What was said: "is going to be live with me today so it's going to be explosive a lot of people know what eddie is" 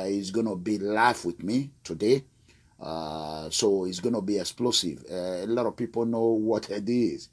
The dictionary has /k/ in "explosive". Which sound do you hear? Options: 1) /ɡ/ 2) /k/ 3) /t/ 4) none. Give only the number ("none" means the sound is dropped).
2